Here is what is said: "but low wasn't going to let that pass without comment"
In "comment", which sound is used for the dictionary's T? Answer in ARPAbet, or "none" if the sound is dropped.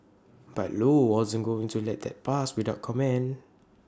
none